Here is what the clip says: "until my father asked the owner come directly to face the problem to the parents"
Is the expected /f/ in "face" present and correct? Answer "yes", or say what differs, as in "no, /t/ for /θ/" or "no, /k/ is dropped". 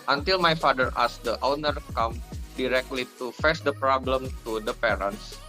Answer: yes